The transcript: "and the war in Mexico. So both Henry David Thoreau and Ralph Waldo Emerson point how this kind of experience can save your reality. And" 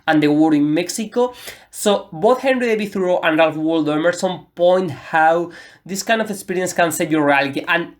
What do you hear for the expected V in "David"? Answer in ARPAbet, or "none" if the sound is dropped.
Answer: B